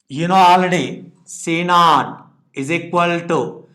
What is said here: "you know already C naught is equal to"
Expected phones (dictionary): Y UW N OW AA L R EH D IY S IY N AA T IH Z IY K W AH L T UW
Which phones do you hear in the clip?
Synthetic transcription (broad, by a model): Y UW N OW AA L AH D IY S IY N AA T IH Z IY K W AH L T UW